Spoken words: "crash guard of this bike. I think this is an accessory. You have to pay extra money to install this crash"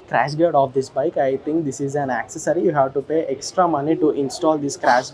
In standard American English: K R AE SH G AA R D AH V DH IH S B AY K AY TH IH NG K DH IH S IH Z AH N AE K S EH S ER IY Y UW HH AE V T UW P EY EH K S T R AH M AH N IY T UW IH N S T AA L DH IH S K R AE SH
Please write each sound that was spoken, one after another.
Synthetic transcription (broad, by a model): K R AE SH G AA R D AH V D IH S B AY K AY T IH NG K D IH S IH Z AH N AE K S EH S ER IY Y UW HH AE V T UW P EY EH K S T R AH M AH N IY T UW IH N S T AA L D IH S K R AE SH